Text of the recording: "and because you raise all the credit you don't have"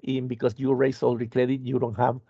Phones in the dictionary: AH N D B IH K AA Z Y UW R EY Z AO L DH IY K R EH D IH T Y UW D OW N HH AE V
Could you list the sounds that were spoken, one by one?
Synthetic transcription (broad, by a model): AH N B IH K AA S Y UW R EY S AO L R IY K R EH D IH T Y UW D OW N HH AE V